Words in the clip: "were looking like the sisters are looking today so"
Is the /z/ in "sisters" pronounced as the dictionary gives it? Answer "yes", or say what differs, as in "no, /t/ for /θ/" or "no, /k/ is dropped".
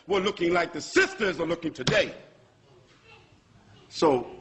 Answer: yes